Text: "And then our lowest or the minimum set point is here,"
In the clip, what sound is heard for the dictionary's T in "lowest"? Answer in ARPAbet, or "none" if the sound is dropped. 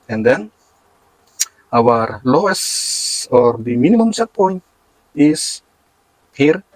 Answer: none